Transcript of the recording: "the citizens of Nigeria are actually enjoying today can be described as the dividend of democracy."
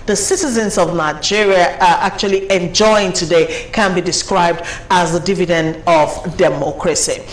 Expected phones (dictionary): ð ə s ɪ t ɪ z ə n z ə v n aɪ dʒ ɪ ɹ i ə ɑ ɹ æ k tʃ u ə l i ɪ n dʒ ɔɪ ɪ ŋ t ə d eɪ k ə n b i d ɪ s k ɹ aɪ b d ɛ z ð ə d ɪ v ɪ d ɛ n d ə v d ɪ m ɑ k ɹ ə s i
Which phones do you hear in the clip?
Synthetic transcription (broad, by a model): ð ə s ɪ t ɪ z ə n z ə v n aɪ dʒ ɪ ɹ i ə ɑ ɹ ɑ k tʃ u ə l i ɪ n dʒ ɔɪ ɪ ŋ t ə d eɪ k ə n b i d ɪ s k ɹ aɪ b d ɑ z ð ə d ɪ v ɪ d ɛ n d ə v d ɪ m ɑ k ɹ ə s i